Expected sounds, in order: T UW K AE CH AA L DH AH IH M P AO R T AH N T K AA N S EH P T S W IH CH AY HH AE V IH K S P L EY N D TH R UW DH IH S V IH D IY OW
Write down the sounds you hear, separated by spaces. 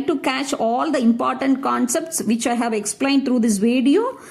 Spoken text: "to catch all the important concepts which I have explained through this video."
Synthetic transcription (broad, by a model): T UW K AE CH AA L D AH IH M P AO R T AH N T K AA N S EH P T S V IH CH AY HH AE V IH K S P L EY N D T R UW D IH S V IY D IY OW